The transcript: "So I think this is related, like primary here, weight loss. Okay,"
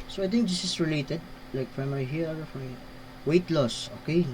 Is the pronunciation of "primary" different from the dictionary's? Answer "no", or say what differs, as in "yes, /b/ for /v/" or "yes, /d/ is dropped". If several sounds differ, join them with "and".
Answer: yes, /f/ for /p/